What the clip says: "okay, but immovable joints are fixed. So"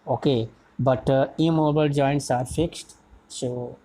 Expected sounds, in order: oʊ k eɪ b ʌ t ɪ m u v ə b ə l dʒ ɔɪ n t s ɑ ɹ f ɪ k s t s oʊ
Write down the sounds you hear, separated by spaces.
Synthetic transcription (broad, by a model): oʊ k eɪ b ʌ t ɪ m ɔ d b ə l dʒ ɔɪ n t s ɑ ɹ f ɪ k s t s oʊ